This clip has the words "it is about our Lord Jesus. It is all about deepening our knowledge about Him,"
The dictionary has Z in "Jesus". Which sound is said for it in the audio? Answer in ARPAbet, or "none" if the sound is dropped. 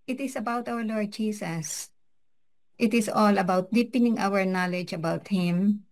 S